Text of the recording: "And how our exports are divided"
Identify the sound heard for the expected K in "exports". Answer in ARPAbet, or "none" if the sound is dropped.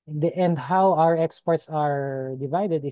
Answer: K